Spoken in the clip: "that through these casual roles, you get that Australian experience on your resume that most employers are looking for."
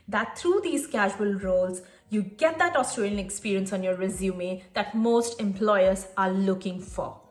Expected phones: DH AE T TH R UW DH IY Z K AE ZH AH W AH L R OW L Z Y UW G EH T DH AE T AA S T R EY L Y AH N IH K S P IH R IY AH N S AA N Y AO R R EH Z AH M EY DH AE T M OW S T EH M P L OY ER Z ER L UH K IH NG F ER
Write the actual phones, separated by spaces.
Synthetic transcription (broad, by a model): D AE T T R UW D IY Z K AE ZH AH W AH L R OW L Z Y UW G EH T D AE T AA S T R EY L Y AH N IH K S P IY R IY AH N S AA N Y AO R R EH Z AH M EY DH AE T M OW S T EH M P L OY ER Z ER L UH K IH NG F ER